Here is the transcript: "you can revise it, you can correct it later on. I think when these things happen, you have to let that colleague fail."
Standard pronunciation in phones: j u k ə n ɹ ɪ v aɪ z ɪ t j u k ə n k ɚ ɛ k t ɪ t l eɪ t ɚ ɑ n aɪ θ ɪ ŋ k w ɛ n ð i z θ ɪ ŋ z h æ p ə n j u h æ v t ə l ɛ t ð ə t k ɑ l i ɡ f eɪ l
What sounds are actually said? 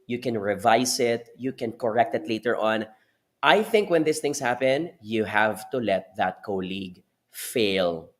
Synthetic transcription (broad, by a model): j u k ə n ɹ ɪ v aɪ s ɪ t j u k ə n k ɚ ɛ k t ɪ t l eɪ t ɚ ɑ n aɪ θ ɪ ŋ k w ɛ n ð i s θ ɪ ŋ s h æ p ə n j u h æ v t ə l ɛ t ð ə t k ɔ l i ɡ f eɪ l